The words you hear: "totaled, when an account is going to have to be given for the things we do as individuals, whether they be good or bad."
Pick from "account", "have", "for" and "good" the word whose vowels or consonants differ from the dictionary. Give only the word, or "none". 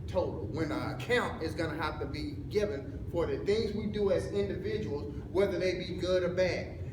have